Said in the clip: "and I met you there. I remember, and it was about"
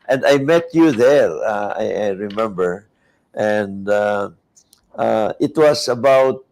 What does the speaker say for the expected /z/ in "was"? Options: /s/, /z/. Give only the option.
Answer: /s/